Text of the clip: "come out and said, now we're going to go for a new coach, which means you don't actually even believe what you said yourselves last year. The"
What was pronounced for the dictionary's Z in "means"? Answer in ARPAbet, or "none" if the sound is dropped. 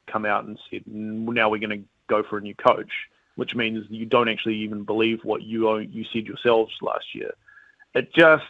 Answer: Z